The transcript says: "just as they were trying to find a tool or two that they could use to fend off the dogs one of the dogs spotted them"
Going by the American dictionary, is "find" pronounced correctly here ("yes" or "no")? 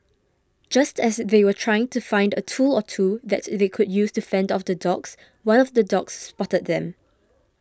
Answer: yes